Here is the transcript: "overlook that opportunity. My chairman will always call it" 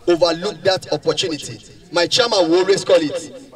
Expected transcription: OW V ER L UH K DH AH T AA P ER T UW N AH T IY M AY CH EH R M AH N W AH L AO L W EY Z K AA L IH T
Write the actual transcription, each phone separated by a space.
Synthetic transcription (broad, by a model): OW V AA L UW K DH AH T AA P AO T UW N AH T IY M AY CH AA M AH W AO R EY S K AA L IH T